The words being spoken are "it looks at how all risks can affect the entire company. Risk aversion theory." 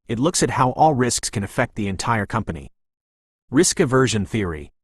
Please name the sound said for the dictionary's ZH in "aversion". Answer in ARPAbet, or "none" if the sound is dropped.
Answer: ZH